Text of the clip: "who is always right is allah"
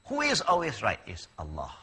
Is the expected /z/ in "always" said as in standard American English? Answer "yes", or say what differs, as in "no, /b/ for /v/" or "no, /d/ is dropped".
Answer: yes